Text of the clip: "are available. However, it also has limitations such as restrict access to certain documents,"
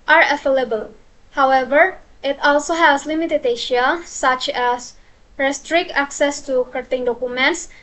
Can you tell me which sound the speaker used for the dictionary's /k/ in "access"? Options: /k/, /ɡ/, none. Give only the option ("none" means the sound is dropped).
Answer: /k/